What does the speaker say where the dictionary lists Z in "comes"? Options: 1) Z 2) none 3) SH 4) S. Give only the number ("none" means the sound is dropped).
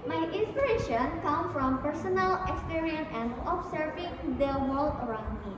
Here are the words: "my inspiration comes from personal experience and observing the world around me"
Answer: 2